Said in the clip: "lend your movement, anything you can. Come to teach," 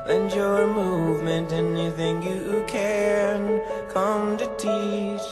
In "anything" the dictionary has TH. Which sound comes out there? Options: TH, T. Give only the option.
TH